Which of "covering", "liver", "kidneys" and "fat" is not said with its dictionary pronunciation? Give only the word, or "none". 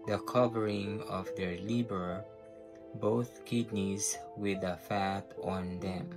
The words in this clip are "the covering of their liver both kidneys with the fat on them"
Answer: liver